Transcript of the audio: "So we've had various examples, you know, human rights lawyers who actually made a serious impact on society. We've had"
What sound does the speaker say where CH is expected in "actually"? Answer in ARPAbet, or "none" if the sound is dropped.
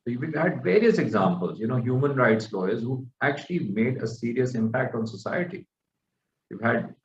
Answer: CH